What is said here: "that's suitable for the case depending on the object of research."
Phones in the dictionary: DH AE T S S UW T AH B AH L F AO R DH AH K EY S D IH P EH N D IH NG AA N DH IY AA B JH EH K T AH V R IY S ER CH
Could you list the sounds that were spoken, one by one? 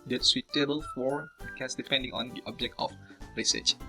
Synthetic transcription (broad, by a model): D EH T S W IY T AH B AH L F AO R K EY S D IH P EH N D IH NG AA N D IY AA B JH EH K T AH F R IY S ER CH